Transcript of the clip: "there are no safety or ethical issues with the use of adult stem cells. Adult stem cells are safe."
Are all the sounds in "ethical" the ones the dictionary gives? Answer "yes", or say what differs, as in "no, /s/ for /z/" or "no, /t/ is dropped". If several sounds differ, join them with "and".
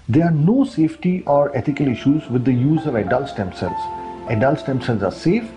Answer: no, /t/ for /θ/